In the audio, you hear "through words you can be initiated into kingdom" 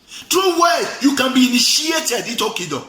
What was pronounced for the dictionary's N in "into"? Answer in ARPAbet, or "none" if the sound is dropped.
none